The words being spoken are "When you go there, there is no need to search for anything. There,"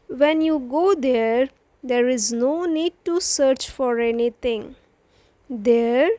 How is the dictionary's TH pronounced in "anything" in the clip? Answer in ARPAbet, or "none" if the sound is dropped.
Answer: T